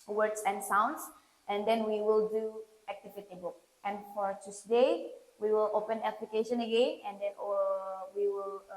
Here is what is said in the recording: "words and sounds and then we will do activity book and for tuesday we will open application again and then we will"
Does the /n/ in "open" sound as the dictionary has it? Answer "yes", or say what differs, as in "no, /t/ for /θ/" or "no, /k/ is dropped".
yes